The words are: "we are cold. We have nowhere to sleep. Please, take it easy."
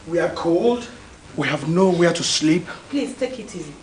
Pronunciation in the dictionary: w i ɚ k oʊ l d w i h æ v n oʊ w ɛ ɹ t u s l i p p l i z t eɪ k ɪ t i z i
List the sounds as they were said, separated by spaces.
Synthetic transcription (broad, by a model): w i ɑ k oʊ l d w i h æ v n oʊ w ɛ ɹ t u s l i p p l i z t eɪ k ɪ t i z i